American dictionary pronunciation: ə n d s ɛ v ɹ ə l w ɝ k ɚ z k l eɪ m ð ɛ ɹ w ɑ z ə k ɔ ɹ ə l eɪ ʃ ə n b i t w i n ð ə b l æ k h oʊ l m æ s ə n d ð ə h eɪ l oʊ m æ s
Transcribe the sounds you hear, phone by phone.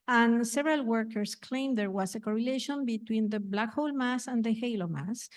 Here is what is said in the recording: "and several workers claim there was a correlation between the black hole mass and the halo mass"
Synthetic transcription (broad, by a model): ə n s ɛ v ɹ ə l w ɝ k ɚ s k l eɪ m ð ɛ ɹ w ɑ s ə k ɔ ɹ ə l eɪ ʃ ə n b i t w i n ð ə b l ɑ k h oʊ l m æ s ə n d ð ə h eɪ l oʊ m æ s